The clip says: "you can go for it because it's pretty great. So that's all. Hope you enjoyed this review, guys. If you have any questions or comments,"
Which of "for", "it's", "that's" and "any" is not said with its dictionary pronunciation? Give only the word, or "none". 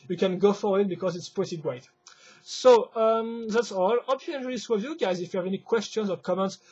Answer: for